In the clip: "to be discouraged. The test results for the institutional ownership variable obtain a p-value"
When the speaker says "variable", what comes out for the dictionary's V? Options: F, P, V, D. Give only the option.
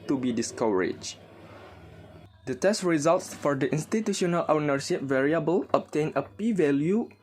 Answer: V